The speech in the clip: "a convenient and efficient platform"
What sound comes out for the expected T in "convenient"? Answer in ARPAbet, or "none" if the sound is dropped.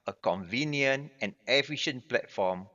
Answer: none